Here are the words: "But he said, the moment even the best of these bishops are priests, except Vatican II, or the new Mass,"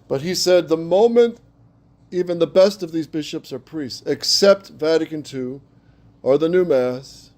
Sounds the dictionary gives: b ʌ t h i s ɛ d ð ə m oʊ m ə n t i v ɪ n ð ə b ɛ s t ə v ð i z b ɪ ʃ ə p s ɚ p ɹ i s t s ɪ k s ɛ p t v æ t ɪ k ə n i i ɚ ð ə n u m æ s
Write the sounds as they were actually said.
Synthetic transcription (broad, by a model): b ʌ t h i s ɛ d ð ə m oʊ m ə n t i v ɪ n ð ə b ɛ s t ə v ð i z b ɪ ʃ ə p s ɚ p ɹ i s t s ɪ k s ɛ p t v æ t ɪ k ə n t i ɚ ð ə n u m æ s